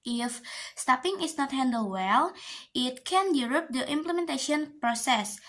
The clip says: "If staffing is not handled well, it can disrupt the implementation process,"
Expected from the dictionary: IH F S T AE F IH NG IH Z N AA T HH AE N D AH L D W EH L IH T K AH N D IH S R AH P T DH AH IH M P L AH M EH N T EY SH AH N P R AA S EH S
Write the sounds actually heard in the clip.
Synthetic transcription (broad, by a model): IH F S T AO P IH NG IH S N AA T HH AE N D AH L W EH L IH T K AH N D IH R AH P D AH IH M P L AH M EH N T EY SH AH N P R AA S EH S